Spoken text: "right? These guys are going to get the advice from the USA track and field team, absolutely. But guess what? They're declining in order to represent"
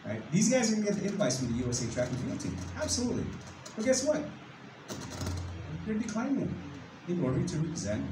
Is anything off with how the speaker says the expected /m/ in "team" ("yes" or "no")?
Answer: yes